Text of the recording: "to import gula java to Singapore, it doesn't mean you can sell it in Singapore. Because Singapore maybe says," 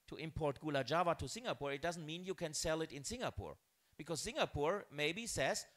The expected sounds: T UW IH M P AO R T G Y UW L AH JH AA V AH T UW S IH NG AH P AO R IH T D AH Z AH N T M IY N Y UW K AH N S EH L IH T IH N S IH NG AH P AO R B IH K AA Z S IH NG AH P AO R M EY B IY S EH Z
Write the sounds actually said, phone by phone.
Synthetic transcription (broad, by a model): T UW IH M P AO R T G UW L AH JH AA V AH T UW S IH NG AH P AO R IH T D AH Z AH N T M IY N Y UW K AH N S EH L IH T IH N S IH NG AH P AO R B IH K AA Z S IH NG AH P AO R M EY B IY S EH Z